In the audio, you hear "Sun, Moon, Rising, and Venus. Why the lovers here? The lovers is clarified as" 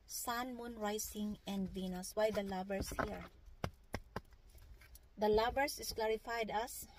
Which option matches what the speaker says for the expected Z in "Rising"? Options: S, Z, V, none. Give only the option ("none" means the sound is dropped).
S